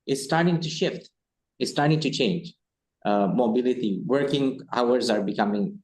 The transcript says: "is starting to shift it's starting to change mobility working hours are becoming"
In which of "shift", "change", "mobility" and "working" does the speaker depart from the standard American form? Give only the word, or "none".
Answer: none